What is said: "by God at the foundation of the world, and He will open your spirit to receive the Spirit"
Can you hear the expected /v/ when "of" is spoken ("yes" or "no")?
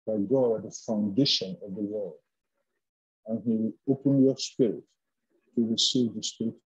yes